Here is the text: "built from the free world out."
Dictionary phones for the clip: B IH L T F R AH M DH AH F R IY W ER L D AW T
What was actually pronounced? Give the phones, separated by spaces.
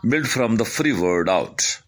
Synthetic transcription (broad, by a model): B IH L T F R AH M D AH F R IY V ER D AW T